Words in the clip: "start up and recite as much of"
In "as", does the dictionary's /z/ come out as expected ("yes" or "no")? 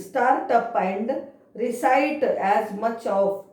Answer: yes